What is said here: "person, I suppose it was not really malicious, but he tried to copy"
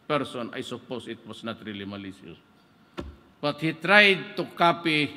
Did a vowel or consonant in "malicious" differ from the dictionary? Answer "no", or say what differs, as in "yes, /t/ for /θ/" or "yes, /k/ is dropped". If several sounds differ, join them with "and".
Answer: yes, /s/ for /ʃ/